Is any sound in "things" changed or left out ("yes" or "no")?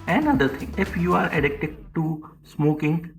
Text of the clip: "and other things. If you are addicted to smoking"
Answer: yes